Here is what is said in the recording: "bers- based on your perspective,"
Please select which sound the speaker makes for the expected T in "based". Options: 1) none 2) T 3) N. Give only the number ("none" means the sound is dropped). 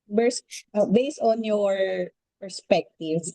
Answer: 2